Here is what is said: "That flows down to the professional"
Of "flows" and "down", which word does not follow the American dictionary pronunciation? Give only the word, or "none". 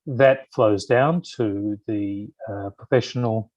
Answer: none